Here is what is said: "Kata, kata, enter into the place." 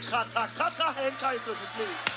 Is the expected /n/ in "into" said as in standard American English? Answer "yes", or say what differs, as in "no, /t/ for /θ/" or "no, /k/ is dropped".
no, /n/ is dropped